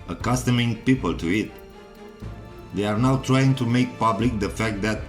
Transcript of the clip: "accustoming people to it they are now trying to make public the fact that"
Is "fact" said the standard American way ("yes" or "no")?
yes